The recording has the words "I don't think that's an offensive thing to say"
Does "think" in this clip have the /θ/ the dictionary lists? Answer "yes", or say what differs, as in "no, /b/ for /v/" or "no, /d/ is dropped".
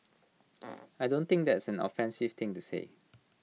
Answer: no, /t/ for /θ/